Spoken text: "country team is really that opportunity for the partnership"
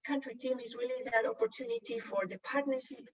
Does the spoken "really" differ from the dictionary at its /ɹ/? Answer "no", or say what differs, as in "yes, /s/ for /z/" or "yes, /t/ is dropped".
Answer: yes, /w/ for /ɹ/